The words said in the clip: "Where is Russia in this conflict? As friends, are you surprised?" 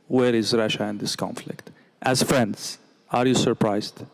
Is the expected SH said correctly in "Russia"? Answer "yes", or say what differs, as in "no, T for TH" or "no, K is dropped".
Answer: yes